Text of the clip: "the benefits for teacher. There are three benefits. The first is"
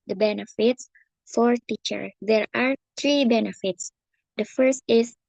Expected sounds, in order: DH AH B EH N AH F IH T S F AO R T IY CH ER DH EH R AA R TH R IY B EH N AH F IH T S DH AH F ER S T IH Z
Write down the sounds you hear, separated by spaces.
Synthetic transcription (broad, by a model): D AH B EH N AH F IH T S F AO R T IY CH ER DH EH R AA R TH R IY B EH N AH F IH T S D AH F ER S T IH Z